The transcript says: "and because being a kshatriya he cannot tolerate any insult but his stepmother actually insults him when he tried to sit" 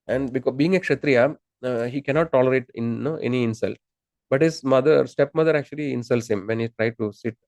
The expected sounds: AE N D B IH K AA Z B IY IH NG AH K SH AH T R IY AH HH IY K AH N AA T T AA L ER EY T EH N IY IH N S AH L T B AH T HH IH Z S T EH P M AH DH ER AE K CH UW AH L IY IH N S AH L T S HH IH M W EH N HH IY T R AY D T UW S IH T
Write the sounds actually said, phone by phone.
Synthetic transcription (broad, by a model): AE N D B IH K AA B IY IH NG AH K SH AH T R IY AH HH IY K AH N AA T T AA L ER EY T EH N IY IH N S AH L T B AH T HH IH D S T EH P M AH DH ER AE K CH UW AH L IY IH N S AH L T S HH IH M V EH N HH IY T R AY D T UW S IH T